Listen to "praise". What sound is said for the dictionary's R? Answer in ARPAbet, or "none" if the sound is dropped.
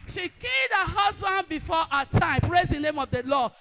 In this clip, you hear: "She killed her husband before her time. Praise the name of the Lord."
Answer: R